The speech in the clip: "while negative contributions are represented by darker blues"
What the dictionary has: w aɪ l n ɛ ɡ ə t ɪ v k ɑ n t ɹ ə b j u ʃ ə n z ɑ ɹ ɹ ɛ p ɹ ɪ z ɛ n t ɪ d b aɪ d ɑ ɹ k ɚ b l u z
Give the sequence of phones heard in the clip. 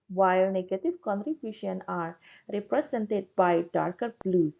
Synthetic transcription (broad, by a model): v aɪ l n ɛ ɡ ə t ɪ v k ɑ n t ɹ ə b j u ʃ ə n ɑ ɹ ɹ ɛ p ɹ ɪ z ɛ n t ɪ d b aɪ d ɑ ɹ k ɚ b l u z